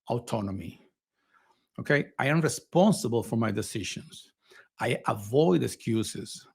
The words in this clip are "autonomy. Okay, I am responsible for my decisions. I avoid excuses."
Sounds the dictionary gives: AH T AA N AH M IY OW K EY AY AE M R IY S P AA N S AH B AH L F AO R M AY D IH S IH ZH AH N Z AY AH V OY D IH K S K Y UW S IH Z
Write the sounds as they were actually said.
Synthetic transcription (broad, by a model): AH T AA N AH M IY OW K EY AY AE M R IY S P AA N S AH B AH L F AO R M AY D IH S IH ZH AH N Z AY AH V OY D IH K S K Y UW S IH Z